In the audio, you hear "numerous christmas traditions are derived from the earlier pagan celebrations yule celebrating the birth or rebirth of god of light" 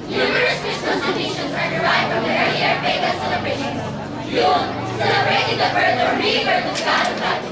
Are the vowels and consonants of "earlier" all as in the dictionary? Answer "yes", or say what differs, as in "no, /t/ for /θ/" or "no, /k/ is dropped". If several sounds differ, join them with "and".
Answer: no, /l/ is dropped